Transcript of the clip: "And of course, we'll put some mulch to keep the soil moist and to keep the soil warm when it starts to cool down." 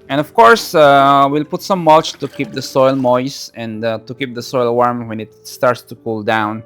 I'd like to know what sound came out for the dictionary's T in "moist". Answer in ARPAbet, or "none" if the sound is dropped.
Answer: none